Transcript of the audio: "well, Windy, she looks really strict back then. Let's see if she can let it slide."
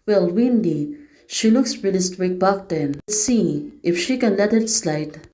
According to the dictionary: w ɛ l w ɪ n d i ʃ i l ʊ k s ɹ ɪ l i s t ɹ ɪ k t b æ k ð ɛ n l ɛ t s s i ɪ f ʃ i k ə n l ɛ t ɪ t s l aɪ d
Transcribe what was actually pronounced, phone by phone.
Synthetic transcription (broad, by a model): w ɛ l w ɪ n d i ʃ i l ʊ k s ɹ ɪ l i s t w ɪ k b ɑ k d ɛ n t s s i ɪ f ʃ i k ə n l ɛ t ɪ t s l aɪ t